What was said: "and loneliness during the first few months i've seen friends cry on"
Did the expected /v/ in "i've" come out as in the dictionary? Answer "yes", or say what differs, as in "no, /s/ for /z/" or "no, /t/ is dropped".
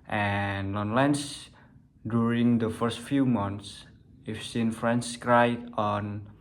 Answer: no, /f/ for /v/